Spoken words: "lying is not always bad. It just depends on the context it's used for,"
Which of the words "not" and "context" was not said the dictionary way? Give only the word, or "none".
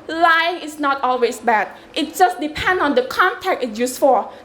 context